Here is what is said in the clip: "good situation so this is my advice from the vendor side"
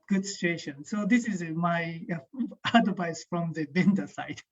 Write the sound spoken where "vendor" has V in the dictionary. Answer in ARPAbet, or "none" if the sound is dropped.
B